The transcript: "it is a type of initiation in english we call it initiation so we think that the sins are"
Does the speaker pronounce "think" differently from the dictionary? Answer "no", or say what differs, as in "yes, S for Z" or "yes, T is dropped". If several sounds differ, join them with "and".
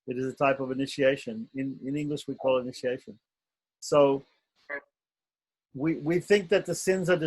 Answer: no